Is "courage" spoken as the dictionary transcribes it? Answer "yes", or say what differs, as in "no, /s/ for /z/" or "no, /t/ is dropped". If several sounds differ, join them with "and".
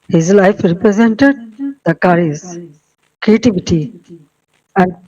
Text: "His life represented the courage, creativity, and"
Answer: no, /z/ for /dʒ/